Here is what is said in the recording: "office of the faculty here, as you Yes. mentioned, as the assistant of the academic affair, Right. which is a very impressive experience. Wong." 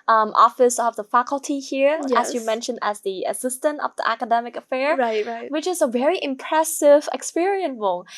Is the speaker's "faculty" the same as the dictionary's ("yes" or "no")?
yes